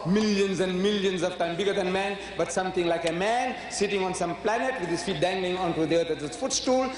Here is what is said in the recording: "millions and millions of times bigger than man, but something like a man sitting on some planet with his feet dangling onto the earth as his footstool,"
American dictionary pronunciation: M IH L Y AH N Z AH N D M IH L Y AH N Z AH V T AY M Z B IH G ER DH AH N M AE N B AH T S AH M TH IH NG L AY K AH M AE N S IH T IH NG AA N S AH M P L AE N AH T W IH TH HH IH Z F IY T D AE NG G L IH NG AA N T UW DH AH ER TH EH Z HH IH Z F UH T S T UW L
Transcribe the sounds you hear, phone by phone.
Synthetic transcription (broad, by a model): M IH L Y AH N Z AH N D M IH L Y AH N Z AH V T AY M B IH G ER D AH N M AE N B AH T S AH M T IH NG L AY K AH M AE N S IH T IH NG AA N S AH M P L AE N AH T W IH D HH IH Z F IY T D AE NG G L IH NG AA N T UW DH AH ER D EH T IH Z F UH T S T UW L